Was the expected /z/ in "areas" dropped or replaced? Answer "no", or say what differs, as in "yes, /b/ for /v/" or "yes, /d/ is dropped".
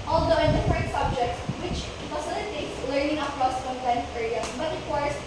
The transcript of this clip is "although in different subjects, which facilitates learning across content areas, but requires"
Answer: yes, /z/ is dropped